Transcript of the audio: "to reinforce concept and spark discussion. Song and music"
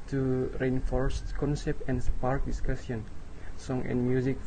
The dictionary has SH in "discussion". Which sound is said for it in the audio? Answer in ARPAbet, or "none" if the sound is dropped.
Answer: S